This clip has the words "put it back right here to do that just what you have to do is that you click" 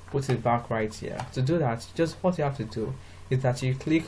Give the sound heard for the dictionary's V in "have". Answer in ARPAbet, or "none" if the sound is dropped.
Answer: F